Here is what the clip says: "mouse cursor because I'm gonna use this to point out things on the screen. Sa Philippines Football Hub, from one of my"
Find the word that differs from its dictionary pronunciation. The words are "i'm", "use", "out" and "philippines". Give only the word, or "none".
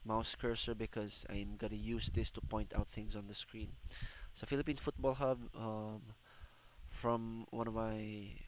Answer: philippines